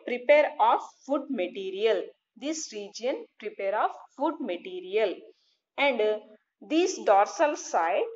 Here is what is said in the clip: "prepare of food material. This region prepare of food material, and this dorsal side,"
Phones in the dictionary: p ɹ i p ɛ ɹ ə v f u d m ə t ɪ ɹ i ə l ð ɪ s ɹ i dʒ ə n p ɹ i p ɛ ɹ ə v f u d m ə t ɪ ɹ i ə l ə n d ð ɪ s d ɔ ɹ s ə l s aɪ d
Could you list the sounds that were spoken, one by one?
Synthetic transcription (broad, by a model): p ɹ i p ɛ ɹ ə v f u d m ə t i ɹ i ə l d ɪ s ɹ i dʒ ə n p ɹ i p ɛ ɹ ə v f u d m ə t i ɹ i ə l ə n d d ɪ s d ɔ ɹ s ə l s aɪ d